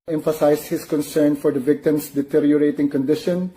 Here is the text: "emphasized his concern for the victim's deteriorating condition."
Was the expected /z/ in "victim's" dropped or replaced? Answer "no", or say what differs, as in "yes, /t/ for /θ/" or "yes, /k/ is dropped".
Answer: yes, /s/ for /z/